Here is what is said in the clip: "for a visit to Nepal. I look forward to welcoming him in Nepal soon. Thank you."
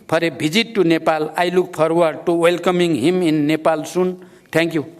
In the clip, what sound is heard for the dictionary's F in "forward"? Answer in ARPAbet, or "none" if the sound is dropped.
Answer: P